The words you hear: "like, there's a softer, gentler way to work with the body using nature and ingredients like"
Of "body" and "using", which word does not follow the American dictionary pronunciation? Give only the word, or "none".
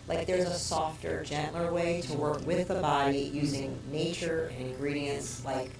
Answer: none